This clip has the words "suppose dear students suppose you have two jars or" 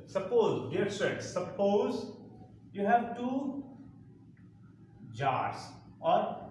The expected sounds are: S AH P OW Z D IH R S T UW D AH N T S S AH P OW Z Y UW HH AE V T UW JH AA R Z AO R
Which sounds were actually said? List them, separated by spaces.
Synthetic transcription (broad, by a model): S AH P OW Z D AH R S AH T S S AH P OW Z Y UW HH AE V T UW JH AA R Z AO R